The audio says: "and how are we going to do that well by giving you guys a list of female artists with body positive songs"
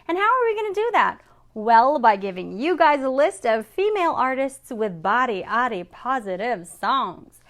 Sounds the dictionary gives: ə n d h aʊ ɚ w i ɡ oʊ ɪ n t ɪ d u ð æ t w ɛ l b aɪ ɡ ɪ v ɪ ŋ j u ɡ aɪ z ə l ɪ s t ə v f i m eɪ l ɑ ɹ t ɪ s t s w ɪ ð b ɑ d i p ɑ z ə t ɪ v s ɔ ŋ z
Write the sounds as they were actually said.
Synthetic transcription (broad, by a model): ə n h aʊ ɚ w i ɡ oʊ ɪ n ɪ d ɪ ð æ t w ɛ l b aɪ ɡ ɪ v ɪ ŋ j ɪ ɡ aɪ z ə l ɪ s t ə v f i m eɪ l ɑ ɹ t ɪ s t s w ɪ ð b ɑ d i p ɑ z ə t ɪ v s ɔ ŋ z